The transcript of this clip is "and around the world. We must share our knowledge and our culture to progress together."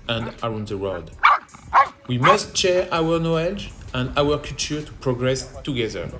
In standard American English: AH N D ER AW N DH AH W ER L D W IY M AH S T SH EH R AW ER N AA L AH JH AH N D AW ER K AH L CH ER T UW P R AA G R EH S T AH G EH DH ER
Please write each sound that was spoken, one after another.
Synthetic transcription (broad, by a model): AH N D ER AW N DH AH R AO D W IY M AH S T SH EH R AW ER N AA L AH JH AH N D AW ER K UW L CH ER T UW P R AA G R EH S T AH G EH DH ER